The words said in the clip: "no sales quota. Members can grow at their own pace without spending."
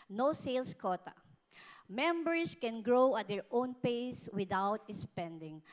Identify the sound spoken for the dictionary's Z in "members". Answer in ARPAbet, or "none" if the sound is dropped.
S